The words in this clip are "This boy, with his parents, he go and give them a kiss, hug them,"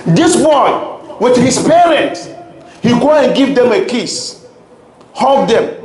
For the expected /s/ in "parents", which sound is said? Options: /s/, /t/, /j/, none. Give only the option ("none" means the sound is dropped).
none